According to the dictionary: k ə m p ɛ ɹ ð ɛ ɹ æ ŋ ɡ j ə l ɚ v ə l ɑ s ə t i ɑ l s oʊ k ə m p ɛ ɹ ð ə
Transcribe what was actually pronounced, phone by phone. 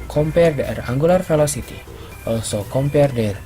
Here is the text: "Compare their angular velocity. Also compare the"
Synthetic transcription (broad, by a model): k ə m p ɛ ɹ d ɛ ɹ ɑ ŋ ɡ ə l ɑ f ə l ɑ s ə t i ɑ l s oʊ k ə m p ɛ ɹ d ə